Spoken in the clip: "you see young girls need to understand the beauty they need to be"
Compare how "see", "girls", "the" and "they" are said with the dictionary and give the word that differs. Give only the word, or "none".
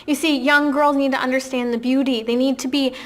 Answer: none